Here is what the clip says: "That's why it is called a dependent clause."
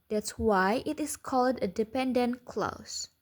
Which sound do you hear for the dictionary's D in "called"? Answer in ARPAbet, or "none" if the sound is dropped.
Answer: D